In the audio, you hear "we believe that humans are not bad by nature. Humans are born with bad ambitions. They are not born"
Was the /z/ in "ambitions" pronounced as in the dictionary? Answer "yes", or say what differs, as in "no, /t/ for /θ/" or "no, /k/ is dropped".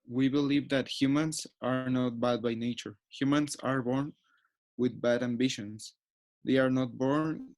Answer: no, /s/ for /z/